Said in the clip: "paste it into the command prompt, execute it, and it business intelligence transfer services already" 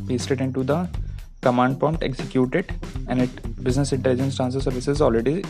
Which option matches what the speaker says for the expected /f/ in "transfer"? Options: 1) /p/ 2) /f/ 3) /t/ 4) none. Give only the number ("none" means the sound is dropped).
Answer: 4